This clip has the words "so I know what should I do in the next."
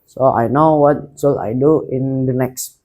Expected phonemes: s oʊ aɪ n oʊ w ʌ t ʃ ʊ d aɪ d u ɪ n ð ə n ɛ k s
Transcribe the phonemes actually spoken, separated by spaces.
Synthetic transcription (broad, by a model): s oʊ aɪ n oʊ w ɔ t s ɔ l aɪ d u ɪ n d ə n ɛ k s